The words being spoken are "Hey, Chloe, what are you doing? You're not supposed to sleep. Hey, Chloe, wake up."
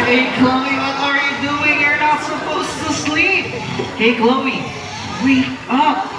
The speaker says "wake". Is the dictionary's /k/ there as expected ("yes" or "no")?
no